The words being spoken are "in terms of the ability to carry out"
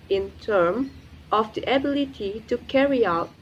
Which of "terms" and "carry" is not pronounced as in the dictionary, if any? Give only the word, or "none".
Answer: terms